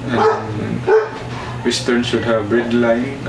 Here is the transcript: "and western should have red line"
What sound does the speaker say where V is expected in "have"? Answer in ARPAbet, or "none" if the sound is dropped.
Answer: B